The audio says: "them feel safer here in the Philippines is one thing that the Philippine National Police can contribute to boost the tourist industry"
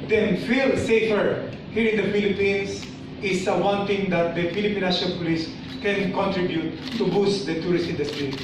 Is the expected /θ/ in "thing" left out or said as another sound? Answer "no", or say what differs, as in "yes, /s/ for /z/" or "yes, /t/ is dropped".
yes, /t/ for /θ/